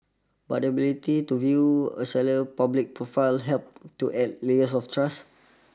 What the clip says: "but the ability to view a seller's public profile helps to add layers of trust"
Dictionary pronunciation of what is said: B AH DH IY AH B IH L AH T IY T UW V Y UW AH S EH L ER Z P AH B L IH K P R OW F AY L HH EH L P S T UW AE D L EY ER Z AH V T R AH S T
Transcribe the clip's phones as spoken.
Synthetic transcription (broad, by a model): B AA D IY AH B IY L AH T IY T UW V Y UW AH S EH L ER P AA B L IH K P R OW F AY L HH EH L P T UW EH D L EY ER S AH F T R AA S